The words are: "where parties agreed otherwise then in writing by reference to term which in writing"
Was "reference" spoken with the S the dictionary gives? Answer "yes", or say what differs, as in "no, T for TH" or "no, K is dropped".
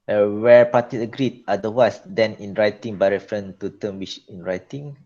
no, S is dropped